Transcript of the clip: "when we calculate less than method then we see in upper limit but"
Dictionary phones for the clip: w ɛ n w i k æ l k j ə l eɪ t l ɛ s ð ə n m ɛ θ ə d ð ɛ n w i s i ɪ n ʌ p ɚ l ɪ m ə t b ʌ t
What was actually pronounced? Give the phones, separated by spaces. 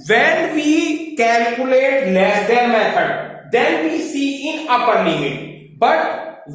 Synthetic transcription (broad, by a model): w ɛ n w i k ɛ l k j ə l eɪ t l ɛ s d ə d m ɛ t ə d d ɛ n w i s i ɪ n ʌ p ɚ n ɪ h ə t b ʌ t